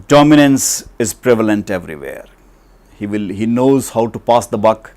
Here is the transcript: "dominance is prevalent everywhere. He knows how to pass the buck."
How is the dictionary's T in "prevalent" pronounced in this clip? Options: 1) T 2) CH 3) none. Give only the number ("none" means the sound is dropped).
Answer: 1